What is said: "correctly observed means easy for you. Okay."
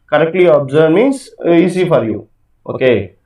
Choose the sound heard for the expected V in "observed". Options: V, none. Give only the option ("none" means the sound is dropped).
none